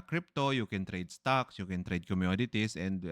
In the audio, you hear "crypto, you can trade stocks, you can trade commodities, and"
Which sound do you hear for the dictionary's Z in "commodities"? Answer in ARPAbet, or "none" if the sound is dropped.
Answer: S